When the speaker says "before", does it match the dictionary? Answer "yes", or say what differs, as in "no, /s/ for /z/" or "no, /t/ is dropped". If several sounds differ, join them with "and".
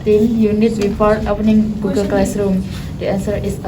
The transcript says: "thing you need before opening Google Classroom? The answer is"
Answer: no, /p/ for /f/